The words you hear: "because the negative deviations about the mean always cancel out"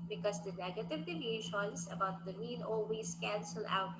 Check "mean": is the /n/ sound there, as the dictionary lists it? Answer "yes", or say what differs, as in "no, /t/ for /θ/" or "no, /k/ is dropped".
no, /l/ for /n/